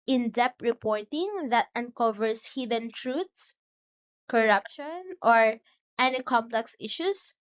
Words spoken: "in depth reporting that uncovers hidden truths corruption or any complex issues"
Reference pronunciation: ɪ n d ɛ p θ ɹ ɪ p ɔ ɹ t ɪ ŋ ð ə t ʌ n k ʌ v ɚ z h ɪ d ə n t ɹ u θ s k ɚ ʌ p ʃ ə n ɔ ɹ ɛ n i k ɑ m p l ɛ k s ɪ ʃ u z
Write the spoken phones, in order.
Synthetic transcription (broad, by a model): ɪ n d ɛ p ɹ ɪ p ɔ ɹ t ɪ ŋ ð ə t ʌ n k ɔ v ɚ s h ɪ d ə n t ɹ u t s k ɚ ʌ p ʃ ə n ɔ ɹ ɛ n i k ɑ m p l ɛ k s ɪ ʃ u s